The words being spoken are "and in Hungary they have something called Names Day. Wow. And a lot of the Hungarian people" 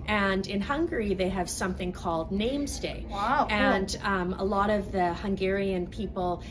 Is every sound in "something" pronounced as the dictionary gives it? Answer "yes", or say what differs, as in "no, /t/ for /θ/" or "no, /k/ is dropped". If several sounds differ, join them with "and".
yes